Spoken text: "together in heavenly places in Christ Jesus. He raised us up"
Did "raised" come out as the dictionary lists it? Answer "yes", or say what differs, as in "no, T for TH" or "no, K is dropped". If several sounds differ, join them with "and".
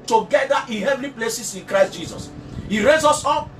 no, D is dropped